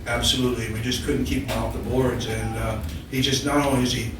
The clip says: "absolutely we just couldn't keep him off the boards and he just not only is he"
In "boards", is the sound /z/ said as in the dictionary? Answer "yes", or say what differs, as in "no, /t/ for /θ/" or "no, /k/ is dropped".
yes